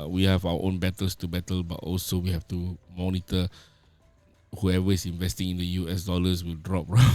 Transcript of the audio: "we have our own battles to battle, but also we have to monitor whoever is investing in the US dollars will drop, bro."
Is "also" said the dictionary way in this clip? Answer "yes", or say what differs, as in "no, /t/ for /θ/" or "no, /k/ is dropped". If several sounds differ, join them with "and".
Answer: yes